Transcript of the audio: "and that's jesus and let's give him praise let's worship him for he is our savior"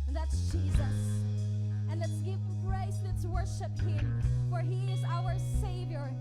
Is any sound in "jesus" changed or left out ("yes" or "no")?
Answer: no